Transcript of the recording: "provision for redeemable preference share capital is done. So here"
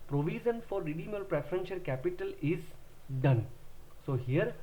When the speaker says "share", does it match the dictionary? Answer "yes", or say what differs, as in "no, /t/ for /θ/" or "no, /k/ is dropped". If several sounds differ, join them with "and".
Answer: no, /l/ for /ɹ/